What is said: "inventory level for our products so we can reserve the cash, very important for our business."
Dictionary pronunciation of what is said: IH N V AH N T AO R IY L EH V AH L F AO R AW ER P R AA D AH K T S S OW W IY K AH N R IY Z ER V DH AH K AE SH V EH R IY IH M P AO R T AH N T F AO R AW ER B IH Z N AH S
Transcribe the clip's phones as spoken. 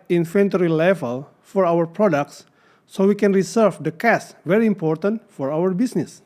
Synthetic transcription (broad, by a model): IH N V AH N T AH R IY L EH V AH L F AO R AW ER P R AA D AH K T S S OW W IY K AH N R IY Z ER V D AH K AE S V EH R IY IH M P AO R T AH N T F AO R AW ER B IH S N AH S